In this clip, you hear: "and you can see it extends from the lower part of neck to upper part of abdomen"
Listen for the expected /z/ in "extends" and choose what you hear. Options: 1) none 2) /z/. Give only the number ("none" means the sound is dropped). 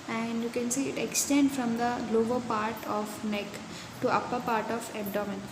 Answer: 1